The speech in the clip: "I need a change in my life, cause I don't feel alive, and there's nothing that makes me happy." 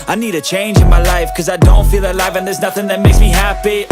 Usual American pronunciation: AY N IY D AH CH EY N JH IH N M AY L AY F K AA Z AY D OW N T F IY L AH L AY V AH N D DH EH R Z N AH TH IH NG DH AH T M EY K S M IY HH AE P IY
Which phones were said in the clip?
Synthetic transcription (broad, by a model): AY N IY D AH CH EY N JH IH N M AY L AY F K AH Z AY D OW N T F IY L AH L AY V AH N DH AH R Z N AH TH IH NG DH AH T M EY K S M IY HH AE P IY